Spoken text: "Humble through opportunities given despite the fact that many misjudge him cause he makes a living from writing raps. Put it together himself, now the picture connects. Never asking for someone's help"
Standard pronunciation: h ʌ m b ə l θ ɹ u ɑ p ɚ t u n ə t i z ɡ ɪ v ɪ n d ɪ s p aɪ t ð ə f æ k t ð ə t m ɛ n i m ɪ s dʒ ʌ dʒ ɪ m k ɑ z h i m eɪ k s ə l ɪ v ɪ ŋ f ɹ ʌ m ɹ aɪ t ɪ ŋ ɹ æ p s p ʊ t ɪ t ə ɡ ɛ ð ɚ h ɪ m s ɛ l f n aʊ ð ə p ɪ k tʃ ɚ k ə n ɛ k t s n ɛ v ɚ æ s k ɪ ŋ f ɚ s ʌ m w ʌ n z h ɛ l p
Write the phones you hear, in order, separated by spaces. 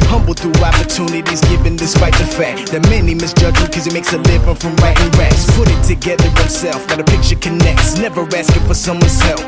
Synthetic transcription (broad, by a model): h ʌ m b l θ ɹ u ɑ p ɚ t u n ə t i z ɡ ɪ v ɪ n d ɪ s p aɪ t ð ə f æ k t ð ə t m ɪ n i m ɪ s dʒ ʌ dʒ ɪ k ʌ z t m eɪ k s ə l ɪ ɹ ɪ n f ɹ ʌ m ɹ aɪ t ɪ ŋ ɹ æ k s p ʊ t ɪ t ə ɡ ɛ ð ɚ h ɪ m s ɛ l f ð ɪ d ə p ɪ k tʃ ɚ k ə n ɛ k t s n ɛ v ɚ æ s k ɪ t f ɚ s ʌ m w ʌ n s ɛ l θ